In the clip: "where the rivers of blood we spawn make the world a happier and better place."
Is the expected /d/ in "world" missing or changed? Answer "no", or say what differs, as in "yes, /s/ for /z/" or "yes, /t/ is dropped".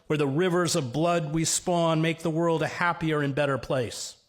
no